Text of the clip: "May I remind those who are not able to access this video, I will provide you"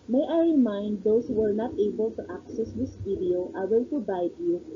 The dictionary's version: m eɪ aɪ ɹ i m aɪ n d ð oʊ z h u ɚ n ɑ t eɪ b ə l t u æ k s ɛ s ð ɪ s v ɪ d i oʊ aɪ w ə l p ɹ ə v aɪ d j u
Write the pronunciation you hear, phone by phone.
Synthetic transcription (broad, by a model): m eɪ aɪ ɹ i m aɪ n d oʊ s h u ɚ n ɑ t eɪ b ə l t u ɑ k s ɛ s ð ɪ s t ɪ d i oʊ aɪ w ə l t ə b aɪ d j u